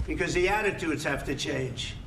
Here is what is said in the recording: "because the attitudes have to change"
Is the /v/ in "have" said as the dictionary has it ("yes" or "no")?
no